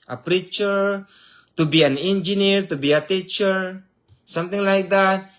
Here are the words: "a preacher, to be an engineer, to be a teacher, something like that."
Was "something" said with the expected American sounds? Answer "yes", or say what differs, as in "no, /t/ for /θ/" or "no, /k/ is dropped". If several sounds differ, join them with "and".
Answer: no, /t/ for /θ/